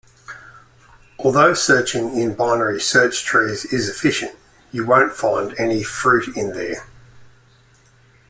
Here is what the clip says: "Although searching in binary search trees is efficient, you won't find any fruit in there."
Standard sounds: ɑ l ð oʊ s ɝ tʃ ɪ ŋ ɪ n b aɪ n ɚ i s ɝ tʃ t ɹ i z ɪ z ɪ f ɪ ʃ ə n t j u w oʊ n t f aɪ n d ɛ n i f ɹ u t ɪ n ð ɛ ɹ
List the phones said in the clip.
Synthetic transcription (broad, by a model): ɑ l ð oʊ s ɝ tʃ ɪ ŋ ɪ n b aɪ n ɚ i s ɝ tʃ t ɹ i z ɪ z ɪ f ɪ ʃ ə n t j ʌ w oʊ n t f aɪ n d ɛ n i f ɹ u t ɪ n ð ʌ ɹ